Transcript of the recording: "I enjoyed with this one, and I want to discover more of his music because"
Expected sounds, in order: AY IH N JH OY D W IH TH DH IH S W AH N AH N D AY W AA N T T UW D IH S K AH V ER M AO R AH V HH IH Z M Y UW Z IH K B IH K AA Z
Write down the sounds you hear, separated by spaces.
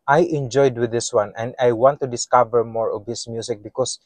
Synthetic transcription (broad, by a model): AY IH N JH OY D W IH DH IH S W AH N AH N D AY W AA N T T UW D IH S K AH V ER M AO R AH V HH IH S M Y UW S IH K B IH K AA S